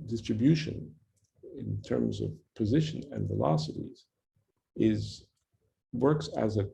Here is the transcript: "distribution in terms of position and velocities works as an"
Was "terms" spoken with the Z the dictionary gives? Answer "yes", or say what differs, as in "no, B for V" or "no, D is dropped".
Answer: yes